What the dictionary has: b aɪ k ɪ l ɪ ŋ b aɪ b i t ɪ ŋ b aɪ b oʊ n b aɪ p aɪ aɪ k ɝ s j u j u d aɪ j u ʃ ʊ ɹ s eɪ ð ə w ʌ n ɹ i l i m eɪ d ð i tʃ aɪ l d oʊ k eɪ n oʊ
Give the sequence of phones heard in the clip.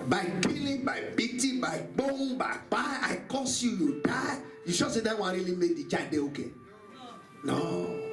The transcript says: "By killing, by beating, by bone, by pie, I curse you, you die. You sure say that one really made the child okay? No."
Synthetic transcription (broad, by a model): b aɪ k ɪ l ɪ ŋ b aɪ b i t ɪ b aɪ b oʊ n b aɪ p aɪ aɪ k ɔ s j u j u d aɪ j u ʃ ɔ s eɪ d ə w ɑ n ɹ i l i m eɪ d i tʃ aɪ d oʊ k eɪ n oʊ